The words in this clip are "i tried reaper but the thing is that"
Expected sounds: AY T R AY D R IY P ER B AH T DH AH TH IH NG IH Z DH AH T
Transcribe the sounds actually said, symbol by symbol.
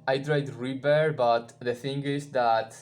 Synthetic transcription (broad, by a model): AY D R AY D R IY B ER B AH T DH AH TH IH NG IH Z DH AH T